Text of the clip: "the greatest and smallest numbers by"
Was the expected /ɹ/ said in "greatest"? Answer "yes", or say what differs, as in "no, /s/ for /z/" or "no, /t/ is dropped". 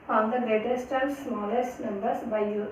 no, /ɹ/ is dropped